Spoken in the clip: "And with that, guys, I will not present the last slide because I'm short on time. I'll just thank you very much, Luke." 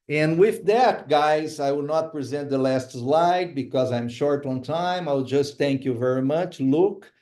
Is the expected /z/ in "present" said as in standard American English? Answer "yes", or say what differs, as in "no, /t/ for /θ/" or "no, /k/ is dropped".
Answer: yes